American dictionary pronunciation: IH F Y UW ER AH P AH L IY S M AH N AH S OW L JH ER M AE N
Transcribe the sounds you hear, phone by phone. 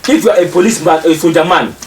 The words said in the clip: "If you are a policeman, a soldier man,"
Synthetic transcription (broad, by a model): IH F Y UW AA AH P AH L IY S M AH AH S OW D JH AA M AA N